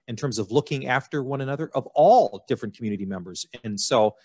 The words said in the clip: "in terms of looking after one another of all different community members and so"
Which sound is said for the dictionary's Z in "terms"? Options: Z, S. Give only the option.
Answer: Z